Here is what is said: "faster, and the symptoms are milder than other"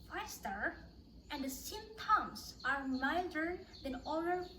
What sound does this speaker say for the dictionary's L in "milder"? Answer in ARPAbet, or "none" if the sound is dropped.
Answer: none